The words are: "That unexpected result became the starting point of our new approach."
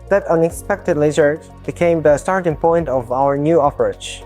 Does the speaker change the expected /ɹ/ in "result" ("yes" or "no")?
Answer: yes